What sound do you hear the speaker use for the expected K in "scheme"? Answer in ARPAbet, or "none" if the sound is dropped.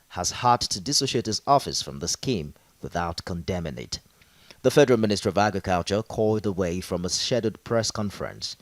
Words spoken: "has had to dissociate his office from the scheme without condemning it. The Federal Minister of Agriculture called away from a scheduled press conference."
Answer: K